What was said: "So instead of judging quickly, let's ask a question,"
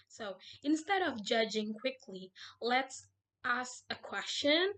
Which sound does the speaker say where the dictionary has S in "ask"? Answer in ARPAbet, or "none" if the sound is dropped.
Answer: S